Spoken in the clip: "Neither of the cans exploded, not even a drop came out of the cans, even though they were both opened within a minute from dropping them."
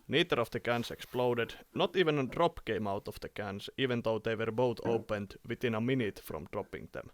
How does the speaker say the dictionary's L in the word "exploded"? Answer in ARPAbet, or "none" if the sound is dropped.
L